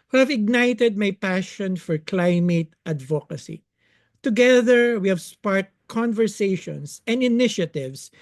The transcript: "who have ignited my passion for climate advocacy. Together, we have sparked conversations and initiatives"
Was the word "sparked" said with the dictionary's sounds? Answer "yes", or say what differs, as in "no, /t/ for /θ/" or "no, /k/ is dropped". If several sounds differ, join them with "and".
no, /k/ is dropped